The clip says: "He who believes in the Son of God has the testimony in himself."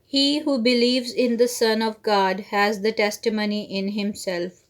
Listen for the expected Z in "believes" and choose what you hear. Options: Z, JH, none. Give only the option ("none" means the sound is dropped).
Z